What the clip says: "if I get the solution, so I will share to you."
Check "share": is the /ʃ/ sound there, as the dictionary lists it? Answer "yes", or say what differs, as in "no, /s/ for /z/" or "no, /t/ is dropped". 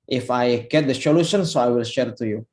yes